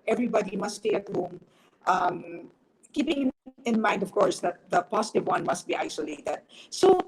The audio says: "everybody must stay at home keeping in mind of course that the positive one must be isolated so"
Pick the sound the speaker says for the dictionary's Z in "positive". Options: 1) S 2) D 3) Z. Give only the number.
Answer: 1